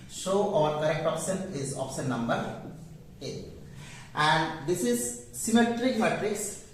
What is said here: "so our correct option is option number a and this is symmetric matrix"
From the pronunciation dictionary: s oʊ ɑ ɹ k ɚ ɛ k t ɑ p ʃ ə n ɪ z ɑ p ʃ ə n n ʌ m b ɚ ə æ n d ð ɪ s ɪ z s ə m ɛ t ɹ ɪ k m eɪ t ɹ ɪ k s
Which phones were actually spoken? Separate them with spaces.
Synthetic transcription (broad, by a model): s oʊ ɑ ɹ k ɚ ɛ k t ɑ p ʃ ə n ɪ z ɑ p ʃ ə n n ʌ m b ɚ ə æ n d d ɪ s ɪ z s ə m ɛ t ɹ ɪ k m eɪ t ɹ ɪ k s